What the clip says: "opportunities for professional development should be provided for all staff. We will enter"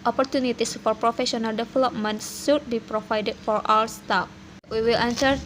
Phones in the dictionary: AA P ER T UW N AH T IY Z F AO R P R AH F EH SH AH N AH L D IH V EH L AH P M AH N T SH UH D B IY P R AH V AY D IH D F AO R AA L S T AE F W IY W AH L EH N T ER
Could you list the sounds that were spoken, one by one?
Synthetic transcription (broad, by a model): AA P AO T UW N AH T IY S F AO R P R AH F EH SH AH N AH L D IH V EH L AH P M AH N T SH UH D B IY P R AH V AY D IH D F AO R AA W S T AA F W IY W AH L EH N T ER